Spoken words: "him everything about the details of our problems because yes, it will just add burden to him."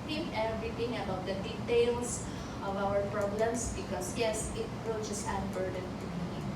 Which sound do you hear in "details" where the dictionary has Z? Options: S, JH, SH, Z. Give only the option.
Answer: S